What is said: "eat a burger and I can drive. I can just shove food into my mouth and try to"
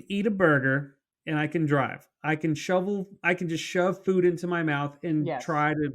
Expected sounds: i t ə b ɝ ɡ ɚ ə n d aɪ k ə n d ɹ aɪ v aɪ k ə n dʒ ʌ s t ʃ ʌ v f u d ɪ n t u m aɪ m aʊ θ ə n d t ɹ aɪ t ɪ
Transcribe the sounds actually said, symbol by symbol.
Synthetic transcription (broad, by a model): i t ə b ɝ ɡ ɚ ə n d aɪ k ə n d ɹ aɪ v aɪ k ə n dʒ ʌ s t ʃ ʌ v f u d ɪ n t u m aɪ m aʊ θ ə n t ɹ aɪ t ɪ